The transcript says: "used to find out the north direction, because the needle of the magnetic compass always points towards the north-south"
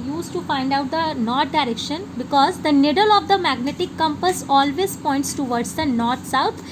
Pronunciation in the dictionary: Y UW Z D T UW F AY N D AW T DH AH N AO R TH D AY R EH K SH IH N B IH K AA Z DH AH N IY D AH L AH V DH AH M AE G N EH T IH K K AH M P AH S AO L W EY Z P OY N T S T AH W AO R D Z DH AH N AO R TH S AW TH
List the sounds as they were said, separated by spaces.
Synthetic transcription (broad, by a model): Y UW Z T UW F AY N D AW T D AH N AO R T D AY R EH K SH IH N B IH K AA Z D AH N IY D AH L AH V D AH M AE G N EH T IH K K AH M P AH S AO L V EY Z P OY N T S T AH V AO R D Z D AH N AO R T S AW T